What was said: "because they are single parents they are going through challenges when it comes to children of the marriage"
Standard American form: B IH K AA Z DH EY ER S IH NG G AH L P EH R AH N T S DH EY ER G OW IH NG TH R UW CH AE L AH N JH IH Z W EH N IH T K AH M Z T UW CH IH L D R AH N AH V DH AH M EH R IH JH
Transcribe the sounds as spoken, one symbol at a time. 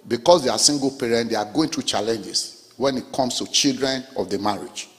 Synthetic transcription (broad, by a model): B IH K AA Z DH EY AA S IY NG G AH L P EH R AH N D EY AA G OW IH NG T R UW CH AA L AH N JH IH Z W EH N IH T K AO M S T UW CH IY L D R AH N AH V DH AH M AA R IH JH